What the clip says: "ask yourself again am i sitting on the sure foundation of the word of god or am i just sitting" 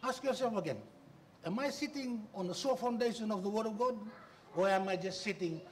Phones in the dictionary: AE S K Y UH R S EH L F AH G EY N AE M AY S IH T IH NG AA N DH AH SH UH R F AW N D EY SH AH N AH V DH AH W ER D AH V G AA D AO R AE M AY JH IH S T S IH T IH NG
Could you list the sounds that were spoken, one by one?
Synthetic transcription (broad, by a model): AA S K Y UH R S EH L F AH G EY N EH M AY S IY T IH NG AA N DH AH S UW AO F AW N D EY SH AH N AH V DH AH W ER D AH V G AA D AO R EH M AY JH IH S T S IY T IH NG